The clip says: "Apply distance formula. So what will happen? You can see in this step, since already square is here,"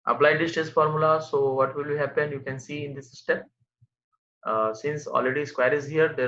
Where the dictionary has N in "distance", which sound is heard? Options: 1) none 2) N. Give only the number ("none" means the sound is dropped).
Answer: 1